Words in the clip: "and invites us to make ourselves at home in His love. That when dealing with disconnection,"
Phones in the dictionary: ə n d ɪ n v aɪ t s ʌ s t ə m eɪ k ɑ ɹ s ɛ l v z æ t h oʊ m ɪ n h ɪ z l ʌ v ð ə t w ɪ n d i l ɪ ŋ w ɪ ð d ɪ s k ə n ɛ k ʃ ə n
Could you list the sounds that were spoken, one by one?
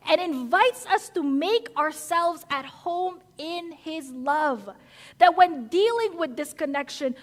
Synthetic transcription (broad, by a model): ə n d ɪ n v aɪ t s ʌ s t ə m eɪ k ɑ ɹ s ɛ l v z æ t h oʊ m ɪ n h ɪ z l ʌ v ð ə t w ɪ n d i l ɪ ŋ w ɪ ð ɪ s k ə n ɛ k ʃ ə n